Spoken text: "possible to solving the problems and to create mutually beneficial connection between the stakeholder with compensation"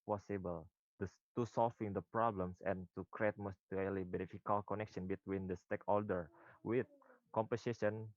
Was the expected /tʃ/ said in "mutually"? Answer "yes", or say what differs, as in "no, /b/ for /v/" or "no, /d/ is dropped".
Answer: no, /s/ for /tʃ/